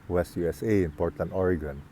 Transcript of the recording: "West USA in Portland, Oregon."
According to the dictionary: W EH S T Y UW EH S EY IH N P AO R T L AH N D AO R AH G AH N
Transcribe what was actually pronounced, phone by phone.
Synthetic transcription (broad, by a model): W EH S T Y UW EH S EY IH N P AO R T AH N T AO R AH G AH N